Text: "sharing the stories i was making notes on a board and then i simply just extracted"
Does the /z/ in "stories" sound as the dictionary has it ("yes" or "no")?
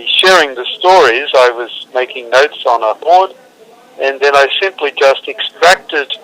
yes